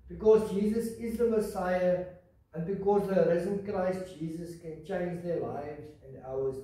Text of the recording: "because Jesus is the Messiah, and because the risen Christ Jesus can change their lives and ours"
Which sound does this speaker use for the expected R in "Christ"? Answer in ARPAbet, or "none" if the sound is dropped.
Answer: R